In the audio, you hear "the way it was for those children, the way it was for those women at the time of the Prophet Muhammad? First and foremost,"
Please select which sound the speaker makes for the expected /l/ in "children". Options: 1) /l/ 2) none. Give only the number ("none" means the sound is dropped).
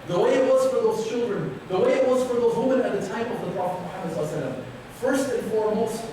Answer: 1